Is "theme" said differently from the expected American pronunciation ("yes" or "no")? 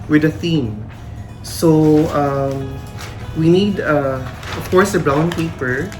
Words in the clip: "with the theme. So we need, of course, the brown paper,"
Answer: no